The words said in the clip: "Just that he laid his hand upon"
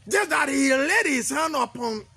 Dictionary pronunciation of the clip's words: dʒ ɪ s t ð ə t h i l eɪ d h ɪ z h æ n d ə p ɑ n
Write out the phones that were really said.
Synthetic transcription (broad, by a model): dʒ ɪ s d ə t h i l eɪ d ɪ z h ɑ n ə p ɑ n